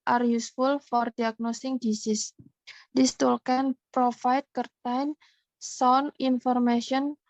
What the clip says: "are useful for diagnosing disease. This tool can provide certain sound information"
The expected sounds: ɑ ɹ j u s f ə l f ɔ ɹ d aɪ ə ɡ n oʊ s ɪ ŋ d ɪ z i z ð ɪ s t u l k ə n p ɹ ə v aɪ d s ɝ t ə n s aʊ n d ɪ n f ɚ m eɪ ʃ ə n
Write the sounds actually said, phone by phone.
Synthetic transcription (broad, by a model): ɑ ɹ j u s f ə l f ɔ ɹ d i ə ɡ n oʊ s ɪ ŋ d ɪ s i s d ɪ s t u l k ə n p ɹ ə f aɪ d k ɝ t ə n s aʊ n ɪ n f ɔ m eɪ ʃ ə n